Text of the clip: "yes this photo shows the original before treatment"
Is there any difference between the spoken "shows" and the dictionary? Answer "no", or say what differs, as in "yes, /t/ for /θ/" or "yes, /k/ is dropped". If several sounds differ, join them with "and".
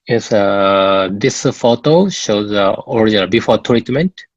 no